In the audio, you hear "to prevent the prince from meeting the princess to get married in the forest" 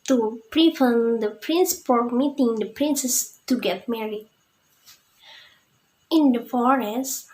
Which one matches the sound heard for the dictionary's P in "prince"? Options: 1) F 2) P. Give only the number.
2